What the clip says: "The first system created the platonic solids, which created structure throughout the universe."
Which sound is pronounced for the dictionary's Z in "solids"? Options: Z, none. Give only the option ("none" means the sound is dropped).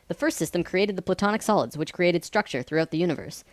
Z